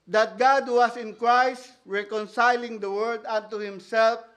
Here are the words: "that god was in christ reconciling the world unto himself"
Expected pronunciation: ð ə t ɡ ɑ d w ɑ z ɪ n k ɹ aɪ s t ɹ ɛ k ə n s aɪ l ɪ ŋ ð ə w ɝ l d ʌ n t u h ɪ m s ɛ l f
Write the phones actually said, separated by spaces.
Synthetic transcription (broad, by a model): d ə t ɡ ɑ d w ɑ s ɪ n k ɹ aɪ s t ɹ ɛ k ə n s aɪ l ɪ ŋ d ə w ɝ d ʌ n t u h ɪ m s ɛ l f